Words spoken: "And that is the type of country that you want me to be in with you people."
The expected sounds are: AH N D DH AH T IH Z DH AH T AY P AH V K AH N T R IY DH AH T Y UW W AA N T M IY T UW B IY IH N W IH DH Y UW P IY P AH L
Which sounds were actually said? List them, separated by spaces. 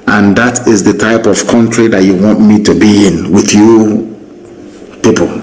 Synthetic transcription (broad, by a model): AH N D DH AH T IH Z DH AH T AY P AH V K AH N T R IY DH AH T Y UW W AA N T M IY T UW B IY IH N W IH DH Y UW P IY P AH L